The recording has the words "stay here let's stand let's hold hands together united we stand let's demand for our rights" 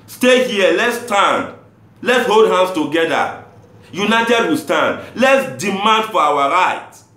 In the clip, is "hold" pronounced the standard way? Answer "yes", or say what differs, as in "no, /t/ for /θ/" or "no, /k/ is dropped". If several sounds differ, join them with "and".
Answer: yes